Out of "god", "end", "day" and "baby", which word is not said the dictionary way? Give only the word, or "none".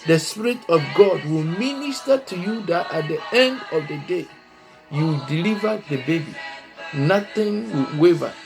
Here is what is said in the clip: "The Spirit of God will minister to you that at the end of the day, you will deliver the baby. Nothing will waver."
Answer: none